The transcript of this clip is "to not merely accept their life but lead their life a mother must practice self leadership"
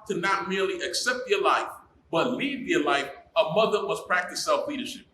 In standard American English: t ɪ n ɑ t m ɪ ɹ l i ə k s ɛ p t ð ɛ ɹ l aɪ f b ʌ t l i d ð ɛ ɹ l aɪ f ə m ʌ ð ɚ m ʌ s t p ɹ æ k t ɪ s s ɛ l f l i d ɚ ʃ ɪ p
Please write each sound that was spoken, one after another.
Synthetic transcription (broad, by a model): t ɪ n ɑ t m ɪ ɹ l i ə k s ɛ p t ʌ ɹ l aɪ f b ʌ t l i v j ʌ ɹ l aɪ f ə m ʌ ð ɚ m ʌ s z p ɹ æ k t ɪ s s ɛ l f l i d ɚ ʃ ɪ p